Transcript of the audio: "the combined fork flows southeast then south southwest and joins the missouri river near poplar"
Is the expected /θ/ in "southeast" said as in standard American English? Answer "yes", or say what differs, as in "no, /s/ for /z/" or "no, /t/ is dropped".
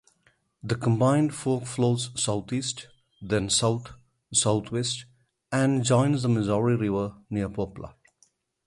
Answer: no, /t/ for /θ/